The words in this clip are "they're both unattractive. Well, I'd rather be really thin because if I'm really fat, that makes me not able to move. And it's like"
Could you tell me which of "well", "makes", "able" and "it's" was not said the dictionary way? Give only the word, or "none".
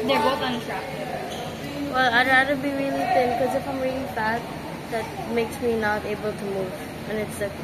none